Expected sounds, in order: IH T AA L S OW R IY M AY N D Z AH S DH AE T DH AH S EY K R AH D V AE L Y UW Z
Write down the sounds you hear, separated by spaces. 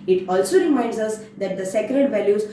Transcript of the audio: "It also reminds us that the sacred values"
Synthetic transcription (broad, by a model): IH T AA L S OW R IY M AY N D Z AH S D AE T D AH S EY K R AH D V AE L Y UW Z